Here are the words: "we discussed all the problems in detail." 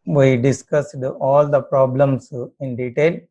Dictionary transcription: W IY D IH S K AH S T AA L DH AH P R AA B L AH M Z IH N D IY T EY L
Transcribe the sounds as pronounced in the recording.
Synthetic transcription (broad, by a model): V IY D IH S K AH S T AA L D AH P R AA B L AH M S IH N D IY T EY L